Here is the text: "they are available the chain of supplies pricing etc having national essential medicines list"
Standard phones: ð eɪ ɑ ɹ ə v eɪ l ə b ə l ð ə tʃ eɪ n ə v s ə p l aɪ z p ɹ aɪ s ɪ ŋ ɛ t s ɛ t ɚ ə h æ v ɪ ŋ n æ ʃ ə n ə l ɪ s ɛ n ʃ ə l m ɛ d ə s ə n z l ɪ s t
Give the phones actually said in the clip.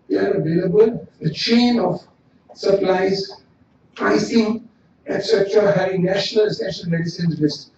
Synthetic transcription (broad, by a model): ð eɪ ɑ ɹ ə v eɪ l ə b ə l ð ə tʃ eɪ n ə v s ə p l aɪ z p ɹ aɪ s ɪ ŋ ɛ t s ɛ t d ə h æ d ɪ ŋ n æ ʃ ə n ə l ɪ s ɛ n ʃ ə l m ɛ d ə s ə n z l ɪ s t